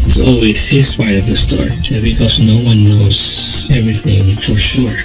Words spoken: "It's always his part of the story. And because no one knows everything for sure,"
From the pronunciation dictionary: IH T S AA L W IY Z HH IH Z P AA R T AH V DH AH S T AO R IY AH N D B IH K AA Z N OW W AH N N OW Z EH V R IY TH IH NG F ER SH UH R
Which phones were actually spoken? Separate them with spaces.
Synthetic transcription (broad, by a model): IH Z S AA L W IY Z HH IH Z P AA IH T AH V DH AH S T AO R IY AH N B IH K AA Z N OW W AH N N OW Z EH V R IY TH IH NG F ER SH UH R